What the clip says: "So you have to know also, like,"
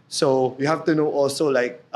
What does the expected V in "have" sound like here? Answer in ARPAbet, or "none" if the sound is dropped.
F